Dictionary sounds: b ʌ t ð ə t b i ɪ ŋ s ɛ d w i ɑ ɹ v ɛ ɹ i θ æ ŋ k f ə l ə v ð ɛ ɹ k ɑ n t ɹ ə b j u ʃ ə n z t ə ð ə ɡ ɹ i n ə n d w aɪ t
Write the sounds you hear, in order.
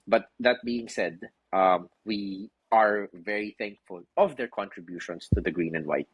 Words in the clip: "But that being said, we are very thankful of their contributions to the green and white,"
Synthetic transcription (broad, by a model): b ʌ t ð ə t b i ɪ ŋ s ɛ d w i ɑ ɹ v ɛ ɹ i θ æ ŋ k f ə l ə v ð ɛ ɹ k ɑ n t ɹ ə b j u ʃ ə n s t ə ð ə ɡ ɹ i n ə n d w aɪ t